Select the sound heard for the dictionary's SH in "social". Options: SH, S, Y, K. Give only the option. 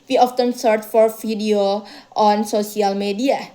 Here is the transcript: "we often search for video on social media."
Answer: S